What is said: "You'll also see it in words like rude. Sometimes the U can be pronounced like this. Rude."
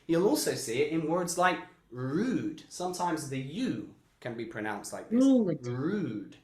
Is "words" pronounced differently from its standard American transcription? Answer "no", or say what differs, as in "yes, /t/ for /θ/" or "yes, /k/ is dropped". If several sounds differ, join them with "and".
no